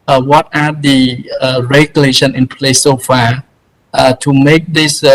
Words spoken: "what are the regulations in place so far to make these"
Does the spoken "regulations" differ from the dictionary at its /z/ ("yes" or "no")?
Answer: yes